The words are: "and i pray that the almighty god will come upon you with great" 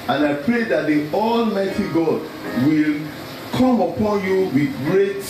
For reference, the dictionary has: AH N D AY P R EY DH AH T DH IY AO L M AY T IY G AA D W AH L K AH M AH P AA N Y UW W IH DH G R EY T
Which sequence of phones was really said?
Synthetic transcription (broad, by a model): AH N AY P R EY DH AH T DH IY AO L M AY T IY G AA D W AH L K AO M AH P AA N Y UW W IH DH G R EY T